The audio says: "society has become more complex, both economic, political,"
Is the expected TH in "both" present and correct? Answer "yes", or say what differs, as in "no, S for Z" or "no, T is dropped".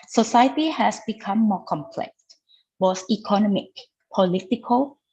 no, S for TH